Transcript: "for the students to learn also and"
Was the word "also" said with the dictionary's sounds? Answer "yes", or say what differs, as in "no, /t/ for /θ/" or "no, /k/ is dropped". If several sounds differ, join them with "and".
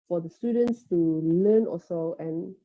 no, /l/ is dropped